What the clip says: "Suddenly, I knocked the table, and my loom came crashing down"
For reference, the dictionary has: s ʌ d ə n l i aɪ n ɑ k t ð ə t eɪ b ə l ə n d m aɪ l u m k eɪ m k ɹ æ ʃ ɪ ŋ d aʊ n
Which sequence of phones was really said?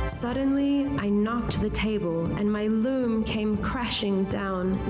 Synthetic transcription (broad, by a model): s ʌ d n l i aɪ n ɑ k t ð ə t eɪ b ə l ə n m aɪ l u m k eɪ m k ɹ æ ʃ ɪ ŋ d aʊ n